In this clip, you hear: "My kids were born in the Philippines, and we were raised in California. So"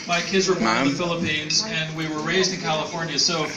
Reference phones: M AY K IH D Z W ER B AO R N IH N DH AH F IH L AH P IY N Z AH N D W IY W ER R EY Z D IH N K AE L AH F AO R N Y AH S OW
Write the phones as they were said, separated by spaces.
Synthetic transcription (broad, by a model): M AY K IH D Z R IH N DH AH F IH L AH P IY N Z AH N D W IY W ER R EY Z D IH N K AE L AH F AO R N Y AH S OW